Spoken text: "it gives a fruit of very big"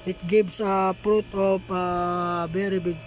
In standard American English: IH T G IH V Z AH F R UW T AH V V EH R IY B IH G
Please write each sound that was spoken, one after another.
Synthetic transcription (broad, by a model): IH T G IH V S AH P R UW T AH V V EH R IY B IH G